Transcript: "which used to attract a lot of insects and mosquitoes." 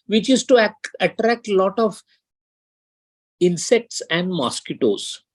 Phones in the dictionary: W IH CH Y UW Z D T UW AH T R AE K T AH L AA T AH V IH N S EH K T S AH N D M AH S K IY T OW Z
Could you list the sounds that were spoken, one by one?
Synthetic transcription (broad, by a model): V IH CH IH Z T UW AH T R AE K T L AA T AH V IH N S EH K T S AH N D M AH S K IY T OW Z